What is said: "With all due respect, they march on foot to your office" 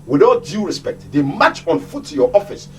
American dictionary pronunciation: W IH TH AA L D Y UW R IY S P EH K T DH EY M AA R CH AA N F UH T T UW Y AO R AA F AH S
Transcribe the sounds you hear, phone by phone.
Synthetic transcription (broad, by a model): W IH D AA D Y UW R IY S P EH K T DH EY M AA CH AA N F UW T T UW Y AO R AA F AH S